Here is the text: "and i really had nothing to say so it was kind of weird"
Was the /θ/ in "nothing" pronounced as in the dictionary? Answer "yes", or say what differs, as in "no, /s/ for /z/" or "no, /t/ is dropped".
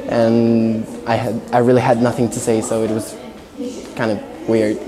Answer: yes